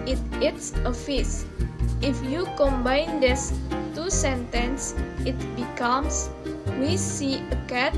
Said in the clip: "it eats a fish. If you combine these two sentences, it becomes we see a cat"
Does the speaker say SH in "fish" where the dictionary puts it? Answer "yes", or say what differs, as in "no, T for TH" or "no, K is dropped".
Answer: no, S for SH